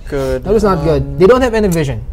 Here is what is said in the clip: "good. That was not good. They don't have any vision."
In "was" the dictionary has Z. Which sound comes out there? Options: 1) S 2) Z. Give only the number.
1